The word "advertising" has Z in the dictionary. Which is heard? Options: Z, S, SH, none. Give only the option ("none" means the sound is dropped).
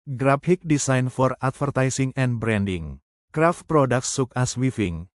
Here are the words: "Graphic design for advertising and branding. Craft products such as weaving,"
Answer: S